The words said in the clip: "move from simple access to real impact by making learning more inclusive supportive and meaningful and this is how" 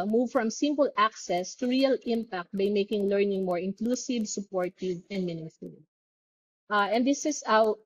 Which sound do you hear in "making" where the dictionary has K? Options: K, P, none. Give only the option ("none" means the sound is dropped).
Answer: K